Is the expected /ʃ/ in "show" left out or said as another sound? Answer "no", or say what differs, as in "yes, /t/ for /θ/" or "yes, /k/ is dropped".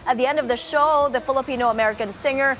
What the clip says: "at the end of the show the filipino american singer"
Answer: no